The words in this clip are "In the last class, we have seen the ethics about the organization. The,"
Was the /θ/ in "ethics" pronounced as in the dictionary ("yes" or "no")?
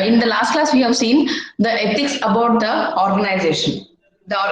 no